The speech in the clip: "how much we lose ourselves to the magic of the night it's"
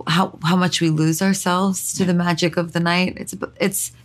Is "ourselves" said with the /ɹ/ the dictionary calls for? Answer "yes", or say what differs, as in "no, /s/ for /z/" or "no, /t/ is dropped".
yes